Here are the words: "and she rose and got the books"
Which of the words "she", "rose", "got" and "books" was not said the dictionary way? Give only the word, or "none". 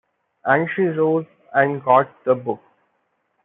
books